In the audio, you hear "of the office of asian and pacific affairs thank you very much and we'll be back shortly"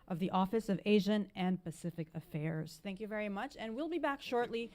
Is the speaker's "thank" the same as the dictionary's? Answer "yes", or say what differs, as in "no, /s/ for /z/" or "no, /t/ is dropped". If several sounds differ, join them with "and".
yes